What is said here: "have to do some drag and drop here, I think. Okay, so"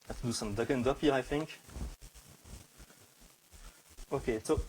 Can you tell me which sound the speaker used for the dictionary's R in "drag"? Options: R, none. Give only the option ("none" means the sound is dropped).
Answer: none